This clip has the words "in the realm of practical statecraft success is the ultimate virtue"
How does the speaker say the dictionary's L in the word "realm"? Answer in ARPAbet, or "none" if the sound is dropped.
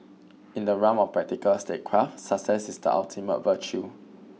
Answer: none